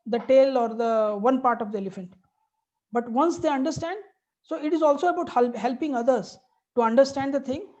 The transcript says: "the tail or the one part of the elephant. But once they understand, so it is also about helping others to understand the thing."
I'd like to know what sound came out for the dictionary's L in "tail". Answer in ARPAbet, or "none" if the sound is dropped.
L